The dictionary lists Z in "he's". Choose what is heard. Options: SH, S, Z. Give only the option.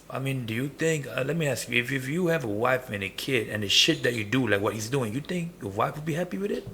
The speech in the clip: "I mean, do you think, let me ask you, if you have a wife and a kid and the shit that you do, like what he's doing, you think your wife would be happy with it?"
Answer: Z